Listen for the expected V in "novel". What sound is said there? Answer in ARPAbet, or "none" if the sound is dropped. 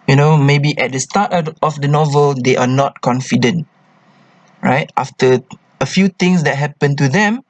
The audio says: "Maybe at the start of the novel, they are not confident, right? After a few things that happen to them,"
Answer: V